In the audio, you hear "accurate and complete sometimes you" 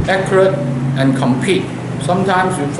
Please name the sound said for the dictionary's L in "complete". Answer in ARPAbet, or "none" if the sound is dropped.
none